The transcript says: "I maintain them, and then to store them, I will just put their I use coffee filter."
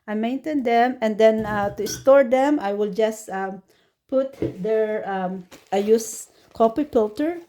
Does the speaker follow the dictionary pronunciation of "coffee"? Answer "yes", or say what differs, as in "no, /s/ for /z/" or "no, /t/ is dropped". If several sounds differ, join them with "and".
no, /p/ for /f/